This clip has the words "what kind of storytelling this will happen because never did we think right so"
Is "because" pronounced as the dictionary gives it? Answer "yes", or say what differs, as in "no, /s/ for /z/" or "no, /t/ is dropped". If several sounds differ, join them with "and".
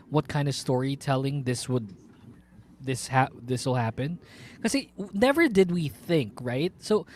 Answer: no, /z/ is dropped